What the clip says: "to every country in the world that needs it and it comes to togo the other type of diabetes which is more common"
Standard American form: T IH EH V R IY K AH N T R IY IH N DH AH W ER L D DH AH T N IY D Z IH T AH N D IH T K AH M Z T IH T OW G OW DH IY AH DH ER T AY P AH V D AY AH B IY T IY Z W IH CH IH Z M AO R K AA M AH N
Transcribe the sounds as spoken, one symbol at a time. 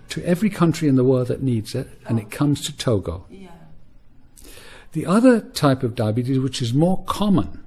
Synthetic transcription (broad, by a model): T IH EH V R IY K AH N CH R IY IH N DH AH W ER L D DH AH T N IY D Z IH T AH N IH T K AH M Z T IH T OW G OW DH IY AH DH ER T AY P AH V D AY AH B IY T IY Z W IH CH IH Z M AO R K AA M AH N